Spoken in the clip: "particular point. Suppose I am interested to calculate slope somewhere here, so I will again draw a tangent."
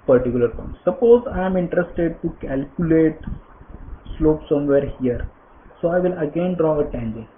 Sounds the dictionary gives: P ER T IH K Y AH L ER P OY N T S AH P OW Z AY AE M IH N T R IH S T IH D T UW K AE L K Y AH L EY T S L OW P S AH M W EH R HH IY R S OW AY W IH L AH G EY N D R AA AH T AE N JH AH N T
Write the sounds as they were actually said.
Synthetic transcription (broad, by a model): P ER T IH K Y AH L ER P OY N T S AH P OW Z AY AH M IH N T R IH S T IH D T UW K AE L K Y AH L EY T S L OW P S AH M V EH R HH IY R S OW AY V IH L AH G EY N D R AA AH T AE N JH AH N